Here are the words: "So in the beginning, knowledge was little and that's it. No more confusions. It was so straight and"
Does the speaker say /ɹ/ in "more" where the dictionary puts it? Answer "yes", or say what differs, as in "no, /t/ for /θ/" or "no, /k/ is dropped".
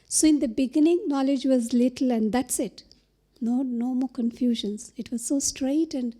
no, /l/ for /ɹ/